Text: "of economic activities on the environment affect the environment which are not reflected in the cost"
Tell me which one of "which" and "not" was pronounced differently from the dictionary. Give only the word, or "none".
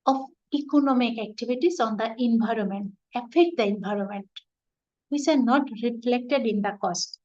which